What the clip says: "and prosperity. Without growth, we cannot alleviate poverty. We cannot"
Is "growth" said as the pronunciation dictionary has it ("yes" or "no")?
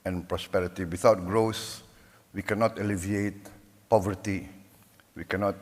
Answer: no